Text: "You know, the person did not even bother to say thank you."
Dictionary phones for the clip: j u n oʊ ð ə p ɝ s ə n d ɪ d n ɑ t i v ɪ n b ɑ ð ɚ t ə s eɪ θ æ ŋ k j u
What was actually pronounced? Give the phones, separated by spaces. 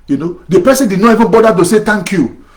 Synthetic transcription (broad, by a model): j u n oʊ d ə p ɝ s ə n d ɪ d n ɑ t i v ɪ n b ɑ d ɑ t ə s eɪ t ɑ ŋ k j u